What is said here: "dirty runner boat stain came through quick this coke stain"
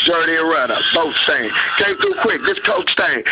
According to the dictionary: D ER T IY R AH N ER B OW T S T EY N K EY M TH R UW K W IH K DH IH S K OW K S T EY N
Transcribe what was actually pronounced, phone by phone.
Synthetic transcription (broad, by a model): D ER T IY R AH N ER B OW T S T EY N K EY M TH UW K W IH K DH IH S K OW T S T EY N